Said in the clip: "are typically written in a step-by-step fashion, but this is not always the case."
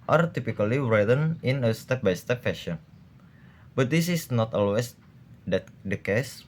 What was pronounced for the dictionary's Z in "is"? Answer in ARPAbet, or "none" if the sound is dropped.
S